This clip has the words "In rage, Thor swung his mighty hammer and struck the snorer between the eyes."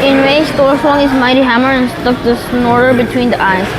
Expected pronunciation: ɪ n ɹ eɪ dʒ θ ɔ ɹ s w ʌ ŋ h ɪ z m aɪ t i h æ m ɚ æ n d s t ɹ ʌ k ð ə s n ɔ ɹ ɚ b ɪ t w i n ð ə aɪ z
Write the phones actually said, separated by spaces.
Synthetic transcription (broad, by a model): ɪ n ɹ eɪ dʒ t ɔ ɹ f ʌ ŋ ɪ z m aɪ t i h æ m ɚ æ n s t ʌ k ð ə s n ɔ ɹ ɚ b ɪ t w i n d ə aɪ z